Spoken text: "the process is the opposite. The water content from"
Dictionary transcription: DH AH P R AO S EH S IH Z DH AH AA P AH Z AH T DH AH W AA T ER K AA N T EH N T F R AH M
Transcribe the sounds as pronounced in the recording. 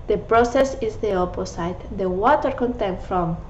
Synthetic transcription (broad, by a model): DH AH P R AO S EH S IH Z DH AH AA P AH S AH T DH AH W AA T ER K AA N T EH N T F R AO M